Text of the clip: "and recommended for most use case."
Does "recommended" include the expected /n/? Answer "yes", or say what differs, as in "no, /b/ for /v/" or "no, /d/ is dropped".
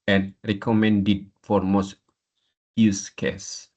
yes